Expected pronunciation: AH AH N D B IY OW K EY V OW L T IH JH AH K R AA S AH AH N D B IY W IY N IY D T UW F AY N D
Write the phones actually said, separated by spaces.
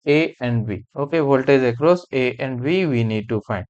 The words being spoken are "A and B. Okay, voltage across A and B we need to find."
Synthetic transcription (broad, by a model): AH AH N D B IY OW K EY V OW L T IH Z AH K R AA S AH AH N D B IY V IY N IY D T UW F AY N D